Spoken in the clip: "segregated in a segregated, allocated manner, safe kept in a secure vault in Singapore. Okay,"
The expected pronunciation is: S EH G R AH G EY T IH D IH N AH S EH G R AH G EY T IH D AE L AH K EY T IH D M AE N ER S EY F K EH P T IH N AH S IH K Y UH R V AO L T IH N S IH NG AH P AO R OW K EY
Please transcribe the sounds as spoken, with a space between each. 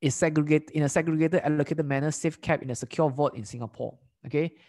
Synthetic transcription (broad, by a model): S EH G R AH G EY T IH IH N AH S EH G R AH G EY T IH D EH L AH K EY T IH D M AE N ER S EY F K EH P IH N AH S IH K Y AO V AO T IH N S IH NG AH P AO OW K EY